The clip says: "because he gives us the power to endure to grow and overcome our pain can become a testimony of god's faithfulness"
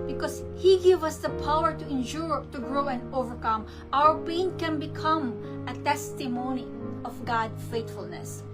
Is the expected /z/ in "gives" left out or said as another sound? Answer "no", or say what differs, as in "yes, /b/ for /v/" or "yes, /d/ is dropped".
yes, /z/ is dropped